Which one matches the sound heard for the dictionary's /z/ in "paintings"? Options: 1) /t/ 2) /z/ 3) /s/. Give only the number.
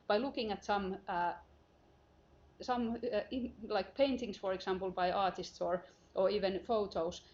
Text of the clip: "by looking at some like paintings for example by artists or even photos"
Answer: 3